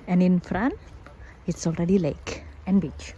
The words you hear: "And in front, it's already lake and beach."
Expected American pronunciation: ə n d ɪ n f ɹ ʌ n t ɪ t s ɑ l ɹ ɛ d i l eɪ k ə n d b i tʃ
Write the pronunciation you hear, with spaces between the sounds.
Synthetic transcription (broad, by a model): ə n ɪ n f ɹ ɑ n ɪ t s ɑ l ɹ ɛ d i l eɪ k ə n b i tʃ